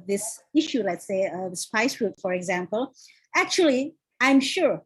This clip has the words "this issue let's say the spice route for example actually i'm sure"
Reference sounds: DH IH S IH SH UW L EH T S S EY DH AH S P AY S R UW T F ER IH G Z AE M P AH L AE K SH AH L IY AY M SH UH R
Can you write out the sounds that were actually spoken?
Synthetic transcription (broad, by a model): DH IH S IH SH UW L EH T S S EY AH S P AY S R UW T F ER IH G Z AE M P AH L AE K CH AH L IY AY M SH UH R